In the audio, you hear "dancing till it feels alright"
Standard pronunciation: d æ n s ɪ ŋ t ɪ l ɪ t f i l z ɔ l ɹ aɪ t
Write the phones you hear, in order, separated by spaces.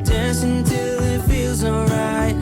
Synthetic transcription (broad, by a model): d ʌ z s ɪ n t ɪ l ɪ t f i l z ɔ l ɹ aɪ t